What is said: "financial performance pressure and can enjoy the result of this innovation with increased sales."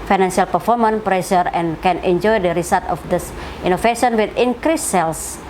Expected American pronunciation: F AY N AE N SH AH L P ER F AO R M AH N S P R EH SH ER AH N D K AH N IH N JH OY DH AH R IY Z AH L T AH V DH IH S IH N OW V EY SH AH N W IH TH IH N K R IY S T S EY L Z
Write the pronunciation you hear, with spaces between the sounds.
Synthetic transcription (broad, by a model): F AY N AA N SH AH L P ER F AO R M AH N P R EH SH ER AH N K AH N IH N JH OY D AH R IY S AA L T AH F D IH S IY N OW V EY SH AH N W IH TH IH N K R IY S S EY L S